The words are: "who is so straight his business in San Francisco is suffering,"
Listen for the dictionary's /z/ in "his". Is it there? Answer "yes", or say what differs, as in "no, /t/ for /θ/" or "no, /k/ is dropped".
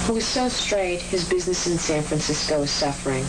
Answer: yes